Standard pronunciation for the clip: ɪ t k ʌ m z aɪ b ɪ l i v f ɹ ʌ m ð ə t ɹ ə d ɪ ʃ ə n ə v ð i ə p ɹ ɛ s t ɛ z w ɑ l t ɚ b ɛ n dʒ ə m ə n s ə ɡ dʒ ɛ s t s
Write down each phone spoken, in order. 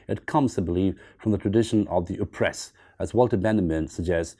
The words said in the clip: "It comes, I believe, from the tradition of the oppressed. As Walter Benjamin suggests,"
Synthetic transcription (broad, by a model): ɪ t k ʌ m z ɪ b ɪ l i v f ɹ ʌ m ð ə t ɹ ə d ɪ ʃ ə n ə v ð i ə p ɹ ɛ s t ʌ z w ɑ l t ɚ b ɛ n ə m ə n s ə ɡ dʒ ɛ s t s